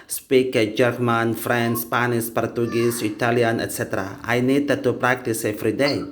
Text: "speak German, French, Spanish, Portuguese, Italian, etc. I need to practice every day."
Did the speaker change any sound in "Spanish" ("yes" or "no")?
yes